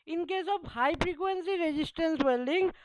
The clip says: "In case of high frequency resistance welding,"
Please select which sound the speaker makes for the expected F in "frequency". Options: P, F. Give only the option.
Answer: P